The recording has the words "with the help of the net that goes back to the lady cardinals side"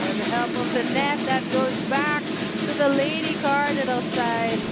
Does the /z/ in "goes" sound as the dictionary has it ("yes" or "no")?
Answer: yes